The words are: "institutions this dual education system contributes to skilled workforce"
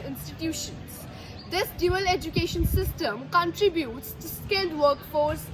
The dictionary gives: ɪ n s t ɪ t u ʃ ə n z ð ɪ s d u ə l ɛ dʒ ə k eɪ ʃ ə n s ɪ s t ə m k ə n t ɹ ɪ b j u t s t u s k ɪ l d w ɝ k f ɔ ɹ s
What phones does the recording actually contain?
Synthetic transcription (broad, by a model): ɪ n s t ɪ t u ʃ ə n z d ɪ s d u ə l ɛ dʒ ə k eɪ ʃ ə n s ɪ s t ə m k ə n t ɹ ɪ b j u t s t u s k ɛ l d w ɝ k f ɔ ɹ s